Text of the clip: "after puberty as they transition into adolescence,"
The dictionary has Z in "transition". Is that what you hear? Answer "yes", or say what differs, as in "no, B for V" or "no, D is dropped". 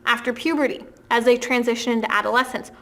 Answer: yes